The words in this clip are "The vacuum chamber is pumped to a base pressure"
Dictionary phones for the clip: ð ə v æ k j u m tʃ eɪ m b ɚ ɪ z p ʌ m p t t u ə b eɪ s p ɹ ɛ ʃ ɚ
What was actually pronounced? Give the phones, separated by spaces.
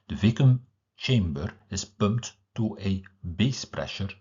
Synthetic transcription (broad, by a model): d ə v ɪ k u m tʃ eɪ m b ɚ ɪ s p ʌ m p t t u ə b eɪ s p ɹ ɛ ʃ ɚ